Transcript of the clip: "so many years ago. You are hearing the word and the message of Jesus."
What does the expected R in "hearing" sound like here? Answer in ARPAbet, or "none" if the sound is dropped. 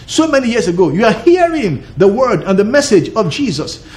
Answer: R